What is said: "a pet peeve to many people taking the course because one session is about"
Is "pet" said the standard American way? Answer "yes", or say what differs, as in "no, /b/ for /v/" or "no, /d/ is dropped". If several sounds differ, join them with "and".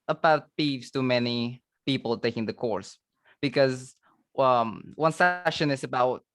no, /b/ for /p/